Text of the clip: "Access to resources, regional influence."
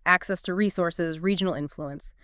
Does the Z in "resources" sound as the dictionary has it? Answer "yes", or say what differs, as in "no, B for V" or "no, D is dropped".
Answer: yes